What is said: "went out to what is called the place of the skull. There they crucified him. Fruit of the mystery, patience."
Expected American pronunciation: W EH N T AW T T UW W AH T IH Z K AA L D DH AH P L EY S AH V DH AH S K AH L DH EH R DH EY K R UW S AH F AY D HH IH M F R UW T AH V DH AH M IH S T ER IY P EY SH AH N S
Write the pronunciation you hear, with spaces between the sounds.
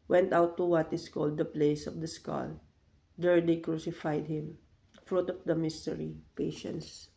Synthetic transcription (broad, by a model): W EH N T AW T T UW W AH T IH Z K AA L D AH P L EY S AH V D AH S K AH L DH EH R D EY K R UW S AH F AY D HH IH M F R UW T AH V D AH M IH S T ER IY P EY SH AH N S